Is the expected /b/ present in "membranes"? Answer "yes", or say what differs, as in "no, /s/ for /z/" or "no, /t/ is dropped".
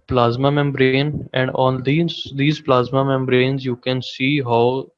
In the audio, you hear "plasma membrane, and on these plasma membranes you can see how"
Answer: yes